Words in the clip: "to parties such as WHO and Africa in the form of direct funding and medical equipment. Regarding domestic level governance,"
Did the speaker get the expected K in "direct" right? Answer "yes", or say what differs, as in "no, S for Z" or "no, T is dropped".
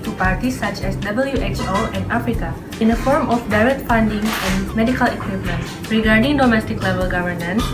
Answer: no, K is dropped